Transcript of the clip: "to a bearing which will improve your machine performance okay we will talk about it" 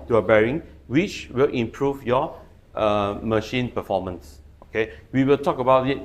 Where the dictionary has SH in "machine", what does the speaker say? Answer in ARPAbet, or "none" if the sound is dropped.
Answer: SH